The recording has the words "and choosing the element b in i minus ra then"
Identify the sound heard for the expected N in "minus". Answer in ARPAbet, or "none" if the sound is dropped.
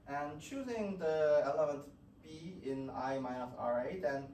none